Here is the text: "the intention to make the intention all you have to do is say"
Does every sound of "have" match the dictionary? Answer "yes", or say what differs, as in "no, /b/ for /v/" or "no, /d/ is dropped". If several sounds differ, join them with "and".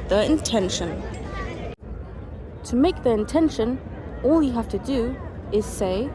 no, /f/ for /v/